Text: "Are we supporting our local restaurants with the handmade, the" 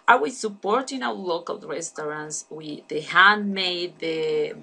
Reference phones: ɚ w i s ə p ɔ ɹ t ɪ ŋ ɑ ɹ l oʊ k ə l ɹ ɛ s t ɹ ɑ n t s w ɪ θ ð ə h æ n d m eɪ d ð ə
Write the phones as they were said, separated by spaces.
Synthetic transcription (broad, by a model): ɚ w i s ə p ɔ ɹ t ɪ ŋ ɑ w l oʊ k ə l ɹ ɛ s t ɹ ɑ n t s w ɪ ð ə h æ n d m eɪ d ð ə